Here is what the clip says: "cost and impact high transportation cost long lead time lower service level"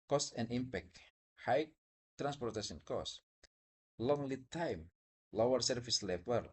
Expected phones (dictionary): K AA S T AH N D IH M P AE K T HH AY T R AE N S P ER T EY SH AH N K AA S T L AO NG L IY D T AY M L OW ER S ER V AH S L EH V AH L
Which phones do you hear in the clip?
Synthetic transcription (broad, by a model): K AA S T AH N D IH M P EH K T HH AY T R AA N S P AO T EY S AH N K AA S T L AO NG L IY T AY M L OW ER S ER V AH S L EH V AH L